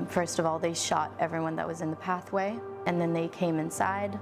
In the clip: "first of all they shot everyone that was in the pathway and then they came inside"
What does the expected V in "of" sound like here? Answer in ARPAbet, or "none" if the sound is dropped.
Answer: V